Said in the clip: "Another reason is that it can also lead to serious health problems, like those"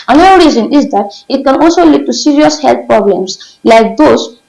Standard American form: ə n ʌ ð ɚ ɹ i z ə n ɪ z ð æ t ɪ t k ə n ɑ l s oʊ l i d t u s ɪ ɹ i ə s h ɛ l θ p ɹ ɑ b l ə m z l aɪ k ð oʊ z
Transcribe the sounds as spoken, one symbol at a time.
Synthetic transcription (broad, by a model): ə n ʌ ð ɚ ɹ i z ə n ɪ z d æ t ɪ t k ə n ɑ l s oʊ l i d t u s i ɹ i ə s h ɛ l t p ɹ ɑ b l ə m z l aɪ k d oʊ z